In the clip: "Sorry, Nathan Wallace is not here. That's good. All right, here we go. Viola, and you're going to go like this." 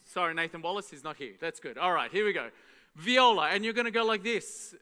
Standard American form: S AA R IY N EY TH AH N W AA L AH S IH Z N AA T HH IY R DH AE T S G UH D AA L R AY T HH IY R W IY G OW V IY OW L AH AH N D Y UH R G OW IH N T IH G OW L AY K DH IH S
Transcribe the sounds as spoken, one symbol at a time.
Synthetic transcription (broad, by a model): S AA R IY N EY TH AH N W AA L AH S IH Z N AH T HH IY R DH AE T S G UH D AA L R AY T HH IY R W IY G OW V IY OW L AH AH N Y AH R G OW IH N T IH G OW L AY K DH IH S